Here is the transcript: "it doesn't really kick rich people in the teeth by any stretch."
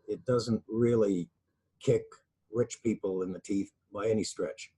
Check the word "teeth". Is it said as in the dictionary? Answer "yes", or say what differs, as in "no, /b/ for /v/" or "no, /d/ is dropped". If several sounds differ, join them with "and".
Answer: yes